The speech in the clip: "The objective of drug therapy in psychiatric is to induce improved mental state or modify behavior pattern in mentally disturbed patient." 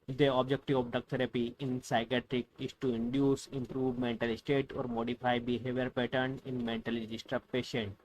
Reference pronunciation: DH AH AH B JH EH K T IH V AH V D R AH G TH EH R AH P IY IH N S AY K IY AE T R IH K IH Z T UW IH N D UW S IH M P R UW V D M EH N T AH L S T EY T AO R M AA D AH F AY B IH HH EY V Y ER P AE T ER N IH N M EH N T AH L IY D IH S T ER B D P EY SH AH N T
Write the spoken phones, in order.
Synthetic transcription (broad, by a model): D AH AH B JH EH K T IH V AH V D AH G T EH R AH P IY IH N S AY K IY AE T R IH K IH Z T UW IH N D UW S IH M P R UW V M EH N T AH L S T EY T AO R M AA D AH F AY B IH HH EY V Y ER P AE T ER N IH N M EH N T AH L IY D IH S T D P EY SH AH N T